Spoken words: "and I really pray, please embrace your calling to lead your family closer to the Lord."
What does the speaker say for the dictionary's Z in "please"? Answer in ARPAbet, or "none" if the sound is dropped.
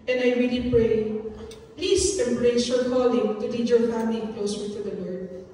S